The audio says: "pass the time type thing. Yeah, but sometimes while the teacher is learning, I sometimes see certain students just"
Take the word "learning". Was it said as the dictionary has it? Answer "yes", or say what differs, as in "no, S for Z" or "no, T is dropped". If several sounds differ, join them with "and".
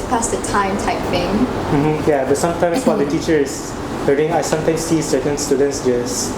no, N is dropped